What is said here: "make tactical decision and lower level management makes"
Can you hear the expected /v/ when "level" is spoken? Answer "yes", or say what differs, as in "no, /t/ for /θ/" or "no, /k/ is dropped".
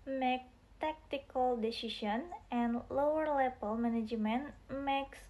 no, /p/ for /v/